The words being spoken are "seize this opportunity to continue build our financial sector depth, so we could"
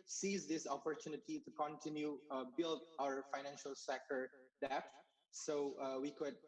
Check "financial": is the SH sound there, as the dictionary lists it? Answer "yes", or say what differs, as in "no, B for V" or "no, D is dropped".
yes